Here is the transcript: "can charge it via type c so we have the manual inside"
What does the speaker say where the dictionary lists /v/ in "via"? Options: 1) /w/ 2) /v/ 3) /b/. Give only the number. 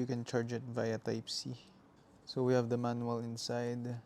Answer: 2